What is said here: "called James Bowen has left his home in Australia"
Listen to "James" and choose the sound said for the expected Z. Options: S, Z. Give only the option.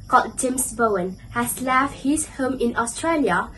S